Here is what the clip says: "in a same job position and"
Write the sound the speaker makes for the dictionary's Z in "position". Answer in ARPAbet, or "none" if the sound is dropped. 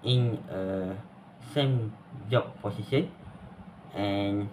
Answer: S